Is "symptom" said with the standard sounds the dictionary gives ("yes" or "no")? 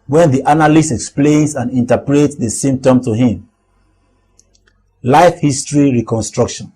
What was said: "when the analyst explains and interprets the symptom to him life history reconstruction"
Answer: no